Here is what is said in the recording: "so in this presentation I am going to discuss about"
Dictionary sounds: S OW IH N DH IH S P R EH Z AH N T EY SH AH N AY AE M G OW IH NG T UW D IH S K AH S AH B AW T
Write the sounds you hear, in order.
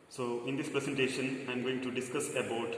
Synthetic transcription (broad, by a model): S OW IH N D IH S P R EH S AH N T EY SH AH N AY M G OW IH NG T UW D IH S K AH S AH B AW T